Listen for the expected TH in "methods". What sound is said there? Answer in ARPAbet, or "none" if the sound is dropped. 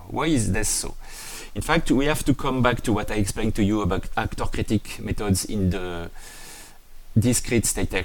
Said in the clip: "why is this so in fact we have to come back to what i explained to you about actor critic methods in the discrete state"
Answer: T